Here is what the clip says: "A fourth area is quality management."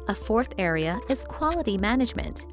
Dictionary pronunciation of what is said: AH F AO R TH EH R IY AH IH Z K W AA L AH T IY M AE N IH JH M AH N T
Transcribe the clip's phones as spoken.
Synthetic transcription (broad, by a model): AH F AO R TH EH R IY AH IH Z K W AA L AH T IY M AE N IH JH M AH N T